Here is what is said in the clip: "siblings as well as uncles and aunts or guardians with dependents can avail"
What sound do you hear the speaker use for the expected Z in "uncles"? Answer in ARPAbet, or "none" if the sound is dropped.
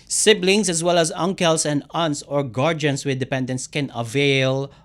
S